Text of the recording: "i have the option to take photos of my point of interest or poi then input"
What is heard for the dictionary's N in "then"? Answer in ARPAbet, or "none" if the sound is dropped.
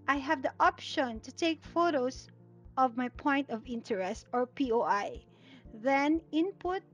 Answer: N